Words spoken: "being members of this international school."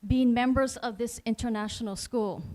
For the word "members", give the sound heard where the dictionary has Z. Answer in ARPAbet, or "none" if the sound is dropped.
Z